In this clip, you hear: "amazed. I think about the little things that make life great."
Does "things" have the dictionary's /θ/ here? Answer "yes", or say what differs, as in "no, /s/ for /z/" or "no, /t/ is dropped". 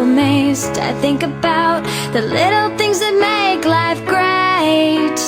yes